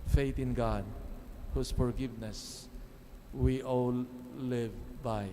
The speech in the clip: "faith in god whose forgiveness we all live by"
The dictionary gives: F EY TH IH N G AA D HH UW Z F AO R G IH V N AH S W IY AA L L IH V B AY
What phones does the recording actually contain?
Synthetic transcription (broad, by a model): F EY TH IH N G AA D HH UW S F AO R G IH V N AH S W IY AA L L IH V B AY